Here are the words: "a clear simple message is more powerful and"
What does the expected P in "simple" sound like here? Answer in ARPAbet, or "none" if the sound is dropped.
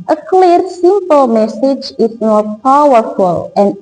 P